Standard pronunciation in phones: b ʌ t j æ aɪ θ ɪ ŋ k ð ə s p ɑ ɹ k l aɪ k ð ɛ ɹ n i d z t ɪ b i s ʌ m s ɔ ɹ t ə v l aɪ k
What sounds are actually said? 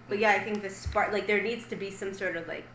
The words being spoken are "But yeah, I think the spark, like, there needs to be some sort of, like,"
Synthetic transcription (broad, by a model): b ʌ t j æ aɪ θ ɪ ŋ k ð ə s p ɑ ɹ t l aɪ k ð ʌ ɹ n i d z t ɪ b i s ʌ m s ɔ ɹ t ə v l aɪ k